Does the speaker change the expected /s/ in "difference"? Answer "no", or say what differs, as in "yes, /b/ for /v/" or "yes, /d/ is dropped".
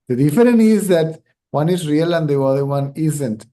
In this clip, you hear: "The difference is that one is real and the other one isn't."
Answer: yes, /s/ is dropped